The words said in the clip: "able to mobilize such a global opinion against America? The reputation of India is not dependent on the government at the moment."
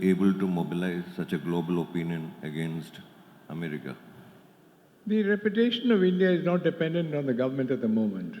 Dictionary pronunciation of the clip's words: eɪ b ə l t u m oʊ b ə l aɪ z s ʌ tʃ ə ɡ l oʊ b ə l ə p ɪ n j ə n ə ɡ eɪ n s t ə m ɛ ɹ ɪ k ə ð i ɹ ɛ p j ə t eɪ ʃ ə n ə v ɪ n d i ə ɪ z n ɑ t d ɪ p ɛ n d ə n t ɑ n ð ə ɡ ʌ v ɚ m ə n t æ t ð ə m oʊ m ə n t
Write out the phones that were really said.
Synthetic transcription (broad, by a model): eɪ b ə l t u m oʊ b ə l aɪ z s ʌ tʃ ə ɡ l oʊ b ə l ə p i n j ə n ə ɡ eɪ n s t ə m ɛ ɹ ɪ k ə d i ɹ ɛ p j ə t eɪ ʃ ə n ə v ɪ n d i ə ɪ z n ɑ t d ɪ p ɛ n d ə n t ɑ n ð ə ɡ ʌ v ɚ m ə n t æ t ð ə m oʊ m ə n t